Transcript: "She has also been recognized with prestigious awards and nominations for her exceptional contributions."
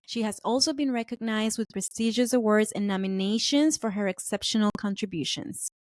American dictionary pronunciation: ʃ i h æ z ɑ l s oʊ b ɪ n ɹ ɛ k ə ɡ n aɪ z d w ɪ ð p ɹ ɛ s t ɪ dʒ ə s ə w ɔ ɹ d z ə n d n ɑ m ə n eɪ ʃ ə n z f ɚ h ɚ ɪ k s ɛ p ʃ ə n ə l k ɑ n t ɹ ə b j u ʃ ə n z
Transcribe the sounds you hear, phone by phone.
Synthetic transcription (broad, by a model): ʃ i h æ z ɑ l s oʊ b ɪ n ɹ ɛ k ə ɡ n aɪ z d w ɪ ð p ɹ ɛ s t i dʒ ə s ə w ɔ ɹ d z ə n n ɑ m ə n eɪ ʃ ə n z f ɚ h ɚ ɪ k s ɛ p ʃ ə n ə l k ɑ n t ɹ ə b j u ʃ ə n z